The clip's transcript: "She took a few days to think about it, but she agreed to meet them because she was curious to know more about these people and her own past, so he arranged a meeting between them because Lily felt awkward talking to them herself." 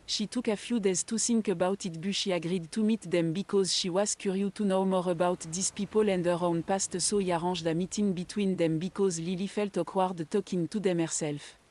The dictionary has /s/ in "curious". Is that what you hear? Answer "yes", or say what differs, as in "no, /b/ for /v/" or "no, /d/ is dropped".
no, /s/ is dropped